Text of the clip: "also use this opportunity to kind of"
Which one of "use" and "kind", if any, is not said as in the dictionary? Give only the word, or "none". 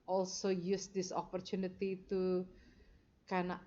kind